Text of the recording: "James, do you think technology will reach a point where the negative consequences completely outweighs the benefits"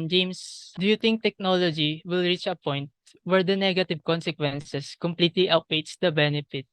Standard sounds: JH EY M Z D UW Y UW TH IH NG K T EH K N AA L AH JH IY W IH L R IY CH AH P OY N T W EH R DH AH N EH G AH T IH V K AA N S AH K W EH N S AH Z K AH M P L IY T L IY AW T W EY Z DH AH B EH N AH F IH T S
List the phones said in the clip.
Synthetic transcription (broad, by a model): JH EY M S D UW Y UW T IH NG K T EH K N AA L AH JH IY W IH L R IY CH AH P OY N T W EH R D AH N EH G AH T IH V K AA N S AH K W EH N S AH S K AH M P L IY T L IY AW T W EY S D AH B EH N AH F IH T